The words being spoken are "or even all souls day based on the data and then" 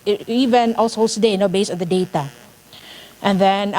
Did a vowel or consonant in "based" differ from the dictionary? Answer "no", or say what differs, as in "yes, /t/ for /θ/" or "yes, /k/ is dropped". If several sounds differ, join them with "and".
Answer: yes, /t/ is dropped